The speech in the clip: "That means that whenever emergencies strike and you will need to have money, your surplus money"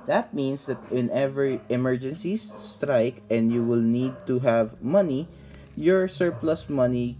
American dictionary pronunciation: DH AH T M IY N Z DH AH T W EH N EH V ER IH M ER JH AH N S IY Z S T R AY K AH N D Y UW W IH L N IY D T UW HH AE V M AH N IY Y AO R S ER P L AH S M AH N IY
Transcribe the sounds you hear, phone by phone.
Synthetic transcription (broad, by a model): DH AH T M IY N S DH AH T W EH N EH V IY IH M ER JH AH N S IY S T R AY K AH N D Y UW W IH L N IY D T UW HH AE V M AH N IY Y AO R S ER P L AH S M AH N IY